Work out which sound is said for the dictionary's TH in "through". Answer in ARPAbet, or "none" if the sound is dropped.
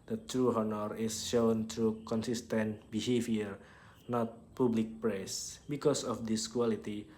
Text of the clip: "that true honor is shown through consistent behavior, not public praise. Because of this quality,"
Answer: T